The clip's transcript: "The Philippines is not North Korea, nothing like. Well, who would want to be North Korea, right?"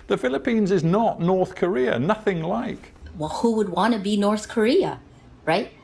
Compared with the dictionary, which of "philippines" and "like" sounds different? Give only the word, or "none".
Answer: none